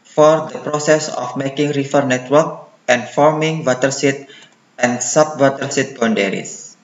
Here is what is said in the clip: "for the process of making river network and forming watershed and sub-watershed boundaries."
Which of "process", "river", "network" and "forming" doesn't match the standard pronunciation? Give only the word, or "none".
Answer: river